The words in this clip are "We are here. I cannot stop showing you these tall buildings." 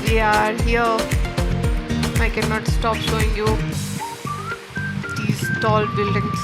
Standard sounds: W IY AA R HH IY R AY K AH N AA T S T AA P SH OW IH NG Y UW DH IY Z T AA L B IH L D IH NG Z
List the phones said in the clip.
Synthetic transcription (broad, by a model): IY AA R HH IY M AY K AH N AA T S T AA P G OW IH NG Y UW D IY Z T AA L B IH L D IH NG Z